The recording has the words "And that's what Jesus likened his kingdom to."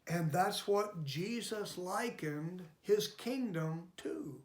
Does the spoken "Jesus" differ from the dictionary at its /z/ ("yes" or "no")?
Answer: no